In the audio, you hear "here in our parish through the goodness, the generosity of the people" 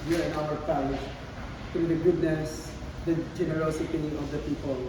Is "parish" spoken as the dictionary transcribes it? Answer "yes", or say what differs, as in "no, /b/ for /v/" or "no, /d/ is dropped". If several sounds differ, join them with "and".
no, /l/ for /ɹ/